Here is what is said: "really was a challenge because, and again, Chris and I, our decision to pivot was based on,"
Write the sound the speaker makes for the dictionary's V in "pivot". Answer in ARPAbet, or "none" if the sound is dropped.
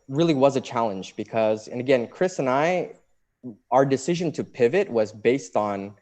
V